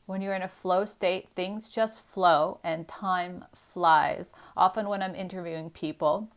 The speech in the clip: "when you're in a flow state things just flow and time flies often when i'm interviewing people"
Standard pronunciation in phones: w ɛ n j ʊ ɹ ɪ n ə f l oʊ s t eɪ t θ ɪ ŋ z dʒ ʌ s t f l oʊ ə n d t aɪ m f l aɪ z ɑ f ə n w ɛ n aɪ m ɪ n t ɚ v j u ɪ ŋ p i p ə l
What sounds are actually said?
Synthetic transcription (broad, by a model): w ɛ n j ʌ ɹ ɪ n ə f l oʊ s t eɪ t θ ɪ ŋ z dʒ ʌ s t f l oʊ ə n t aɪ m f l aɪ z ɑ f ə n w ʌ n aɪ m ɪ n t ɚ v j u ɪ ŋ p i p l